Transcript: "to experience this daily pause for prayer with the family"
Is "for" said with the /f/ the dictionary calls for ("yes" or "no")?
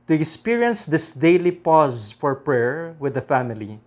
yes